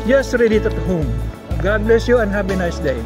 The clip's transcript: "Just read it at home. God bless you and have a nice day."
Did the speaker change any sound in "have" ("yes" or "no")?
yes